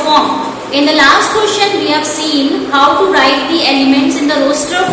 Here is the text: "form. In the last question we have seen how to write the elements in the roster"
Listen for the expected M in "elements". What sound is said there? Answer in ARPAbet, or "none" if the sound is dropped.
M